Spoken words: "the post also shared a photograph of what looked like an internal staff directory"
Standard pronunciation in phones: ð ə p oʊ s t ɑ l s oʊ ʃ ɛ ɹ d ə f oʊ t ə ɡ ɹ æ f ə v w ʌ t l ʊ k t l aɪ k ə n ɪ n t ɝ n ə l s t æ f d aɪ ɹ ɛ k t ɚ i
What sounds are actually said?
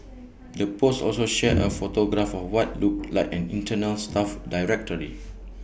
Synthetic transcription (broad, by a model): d ə p oʊ s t ɑ l s oʊ ʃ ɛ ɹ ə f oʊ t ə ɡ ɹ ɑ f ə f w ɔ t l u k l aɪ k ə n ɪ n t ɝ n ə l s t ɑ f d aɪ ɹ ɛ k t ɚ i